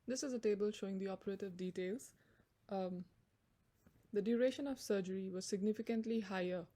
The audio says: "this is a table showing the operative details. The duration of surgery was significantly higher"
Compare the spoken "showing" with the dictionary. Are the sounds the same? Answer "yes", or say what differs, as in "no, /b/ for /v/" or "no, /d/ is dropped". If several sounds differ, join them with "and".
yes